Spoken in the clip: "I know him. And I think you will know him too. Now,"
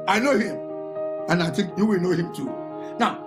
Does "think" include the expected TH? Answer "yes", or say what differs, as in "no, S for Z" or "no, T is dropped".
no, T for TH